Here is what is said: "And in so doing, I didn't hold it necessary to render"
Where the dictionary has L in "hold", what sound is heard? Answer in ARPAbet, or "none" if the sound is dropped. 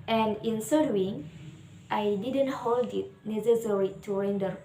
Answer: L